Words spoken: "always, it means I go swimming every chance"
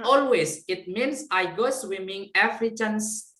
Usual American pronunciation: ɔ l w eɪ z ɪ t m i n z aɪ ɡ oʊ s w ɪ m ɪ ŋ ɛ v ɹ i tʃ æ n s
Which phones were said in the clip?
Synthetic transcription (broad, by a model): ɔ l w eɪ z ɪ t m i n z aɪ ɡ oʊ s w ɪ m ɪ ŋ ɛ f ɹ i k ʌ n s